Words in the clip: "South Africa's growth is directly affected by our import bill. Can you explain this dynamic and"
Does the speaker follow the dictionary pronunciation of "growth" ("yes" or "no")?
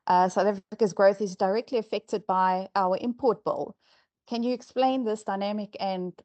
yes